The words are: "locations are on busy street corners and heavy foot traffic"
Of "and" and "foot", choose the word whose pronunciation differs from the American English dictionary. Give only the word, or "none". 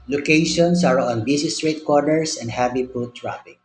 foot